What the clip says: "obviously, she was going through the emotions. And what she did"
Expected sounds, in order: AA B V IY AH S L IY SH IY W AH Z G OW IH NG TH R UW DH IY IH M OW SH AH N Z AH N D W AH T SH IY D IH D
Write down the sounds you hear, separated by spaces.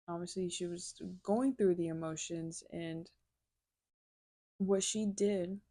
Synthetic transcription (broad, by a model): AA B V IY S L IY SH IY W AH Z G OW IH NG TH R UW DH IY IH M OW SH AH N Z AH N W AH T SH IY D IH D